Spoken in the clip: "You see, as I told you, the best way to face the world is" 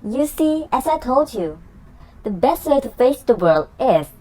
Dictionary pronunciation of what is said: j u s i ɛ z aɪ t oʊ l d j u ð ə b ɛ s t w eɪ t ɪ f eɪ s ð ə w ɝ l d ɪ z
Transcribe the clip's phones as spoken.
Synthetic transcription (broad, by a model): j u s i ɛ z aɪ t oʊ l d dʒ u ð ə b ɛ s t w eɪ t ɪ f eɪ s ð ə w ɝ l d ɪ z